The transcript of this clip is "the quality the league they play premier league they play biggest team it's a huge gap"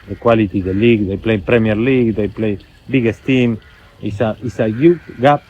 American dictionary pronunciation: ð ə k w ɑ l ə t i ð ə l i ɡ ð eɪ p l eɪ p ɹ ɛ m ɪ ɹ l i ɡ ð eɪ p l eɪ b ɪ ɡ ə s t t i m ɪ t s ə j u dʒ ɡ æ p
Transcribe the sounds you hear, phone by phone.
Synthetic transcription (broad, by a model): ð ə k w ɑ l ə t i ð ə l i ɡ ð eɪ p l eɪ p ɹ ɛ m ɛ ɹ l i ɡ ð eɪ p l eɪ b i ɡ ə s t t i m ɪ s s ə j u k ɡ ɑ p